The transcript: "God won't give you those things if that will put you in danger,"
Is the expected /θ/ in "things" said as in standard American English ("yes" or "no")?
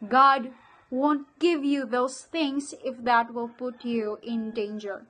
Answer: no